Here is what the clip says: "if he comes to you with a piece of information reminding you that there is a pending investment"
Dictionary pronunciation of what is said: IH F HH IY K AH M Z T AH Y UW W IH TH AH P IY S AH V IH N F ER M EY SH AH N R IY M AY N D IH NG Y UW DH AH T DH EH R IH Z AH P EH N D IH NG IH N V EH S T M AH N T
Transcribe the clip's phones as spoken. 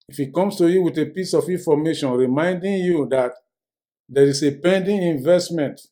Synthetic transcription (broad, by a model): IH F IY K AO M S T AH Y UW W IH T AH P IY S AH F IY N F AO M EY SH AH N R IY M AY N D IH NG Y UW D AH T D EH R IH S AH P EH N D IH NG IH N V EH S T M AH N T